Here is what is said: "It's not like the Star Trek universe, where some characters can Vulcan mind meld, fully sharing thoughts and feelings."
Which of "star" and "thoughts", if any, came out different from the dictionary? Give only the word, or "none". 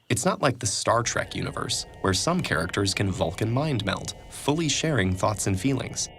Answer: none